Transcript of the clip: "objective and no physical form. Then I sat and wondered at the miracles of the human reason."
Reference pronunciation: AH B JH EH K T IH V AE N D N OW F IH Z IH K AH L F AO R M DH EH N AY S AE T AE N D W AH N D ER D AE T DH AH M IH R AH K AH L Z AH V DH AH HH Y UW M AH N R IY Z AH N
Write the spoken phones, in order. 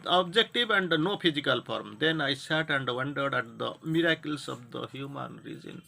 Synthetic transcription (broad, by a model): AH B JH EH K T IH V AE N D N OW P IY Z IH K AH L P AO R M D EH N AY S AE T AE N D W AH N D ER D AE T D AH M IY R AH K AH L S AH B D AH HH Y UW M AH N R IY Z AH N